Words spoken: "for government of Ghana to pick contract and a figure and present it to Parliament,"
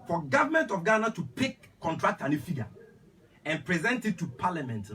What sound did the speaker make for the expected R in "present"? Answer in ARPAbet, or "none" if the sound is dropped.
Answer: R